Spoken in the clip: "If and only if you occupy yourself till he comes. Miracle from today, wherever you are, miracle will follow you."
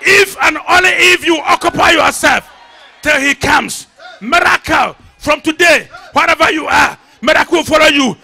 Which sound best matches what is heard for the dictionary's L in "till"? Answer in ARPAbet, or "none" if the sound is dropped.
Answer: L